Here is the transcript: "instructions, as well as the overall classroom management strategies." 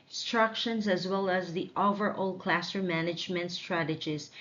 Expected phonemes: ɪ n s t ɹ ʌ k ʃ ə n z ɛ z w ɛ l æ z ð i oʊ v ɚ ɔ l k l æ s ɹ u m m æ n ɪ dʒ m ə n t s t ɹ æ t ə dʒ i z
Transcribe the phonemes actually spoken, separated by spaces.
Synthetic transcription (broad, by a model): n s t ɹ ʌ k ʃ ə n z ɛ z w ɛ l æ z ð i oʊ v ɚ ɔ l k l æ s ʌ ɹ m æ n ɪ dʒ m ə n t s t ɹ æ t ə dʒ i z